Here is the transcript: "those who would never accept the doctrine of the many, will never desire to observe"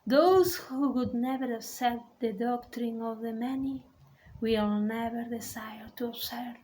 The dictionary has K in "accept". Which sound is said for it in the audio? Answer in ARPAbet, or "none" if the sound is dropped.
none